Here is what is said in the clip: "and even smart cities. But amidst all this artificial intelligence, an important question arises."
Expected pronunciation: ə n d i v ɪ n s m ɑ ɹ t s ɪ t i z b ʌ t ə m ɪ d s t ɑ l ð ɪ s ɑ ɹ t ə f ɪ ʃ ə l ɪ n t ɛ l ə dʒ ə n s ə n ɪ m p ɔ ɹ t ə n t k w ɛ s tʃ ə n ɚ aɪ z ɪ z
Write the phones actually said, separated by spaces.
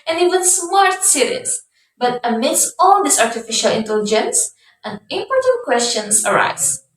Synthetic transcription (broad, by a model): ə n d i w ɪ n s m ɑ ɹ t s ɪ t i s b ʌ t ə m ɪ d s t ɑ l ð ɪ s ɑ ɹ t ə f ɪ ʃ ə l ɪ n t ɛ l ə dʒ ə n s ə n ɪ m p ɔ ɹ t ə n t k w ɛ s tʃ ə n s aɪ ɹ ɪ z